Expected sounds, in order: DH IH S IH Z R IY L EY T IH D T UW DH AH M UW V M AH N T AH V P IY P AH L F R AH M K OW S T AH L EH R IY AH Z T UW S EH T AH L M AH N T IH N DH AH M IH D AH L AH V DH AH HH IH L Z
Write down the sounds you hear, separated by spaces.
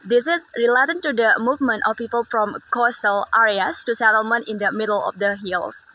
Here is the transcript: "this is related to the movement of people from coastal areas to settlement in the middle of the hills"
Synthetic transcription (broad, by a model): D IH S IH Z R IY L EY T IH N T UW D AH M UW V M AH N T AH F P IY P AH L F R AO M K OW S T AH L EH R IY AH S T UW S EH T AH L M AH N T IH N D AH M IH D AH L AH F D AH HH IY L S